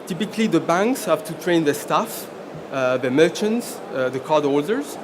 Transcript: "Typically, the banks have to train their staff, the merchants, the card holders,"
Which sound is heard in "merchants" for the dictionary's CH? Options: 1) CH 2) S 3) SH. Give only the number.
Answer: 1